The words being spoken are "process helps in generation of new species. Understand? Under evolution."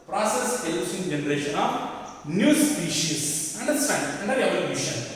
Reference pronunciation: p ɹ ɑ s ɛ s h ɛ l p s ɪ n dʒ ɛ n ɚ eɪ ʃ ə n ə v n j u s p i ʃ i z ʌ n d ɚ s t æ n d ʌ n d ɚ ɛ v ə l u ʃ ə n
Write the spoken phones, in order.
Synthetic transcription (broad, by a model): p ɹ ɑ s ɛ s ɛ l s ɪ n dʒ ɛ n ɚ eɪ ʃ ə n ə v n j u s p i ʃ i s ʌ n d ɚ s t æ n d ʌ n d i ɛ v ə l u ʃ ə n